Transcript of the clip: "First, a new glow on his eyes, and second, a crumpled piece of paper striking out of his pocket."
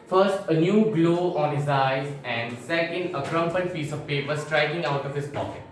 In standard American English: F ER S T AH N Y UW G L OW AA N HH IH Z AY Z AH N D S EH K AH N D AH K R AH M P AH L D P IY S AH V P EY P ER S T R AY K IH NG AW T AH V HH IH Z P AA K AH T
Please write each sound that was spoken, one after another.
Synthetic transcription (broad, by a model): F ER S T AH N Y UW G L OW AA N HH IH Z AY Z AH N D S EH K AH N D AH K R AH M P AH N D F IY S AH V P EY P ER S T R AY K IH NG AW T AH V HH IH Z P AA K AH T